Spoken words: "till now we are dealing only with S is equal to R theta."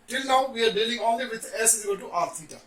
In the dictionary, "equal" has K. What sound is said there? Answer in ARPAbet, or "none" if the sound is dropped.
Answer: none